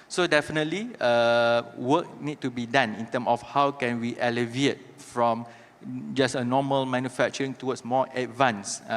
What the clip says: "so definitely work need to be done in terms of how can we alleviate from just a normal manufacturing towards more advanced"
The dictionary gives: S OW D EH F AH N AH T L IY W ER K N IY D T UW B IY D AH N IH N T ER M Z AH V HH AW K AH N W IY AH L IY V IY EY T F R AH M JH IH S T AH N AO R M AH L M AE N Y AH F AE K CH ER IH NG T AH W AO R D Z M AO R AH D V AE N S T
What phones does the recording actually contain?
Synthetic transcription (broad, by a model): S OW D EH F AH N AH T L IY W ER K N IY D T UW B IY D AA N IH N T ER M AH F HH AW K AH N W IY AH L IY V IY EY T F R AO M JH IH S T AH N AO M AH L M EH N Y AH F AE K CH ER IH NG T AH W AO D S M AO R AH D V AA N S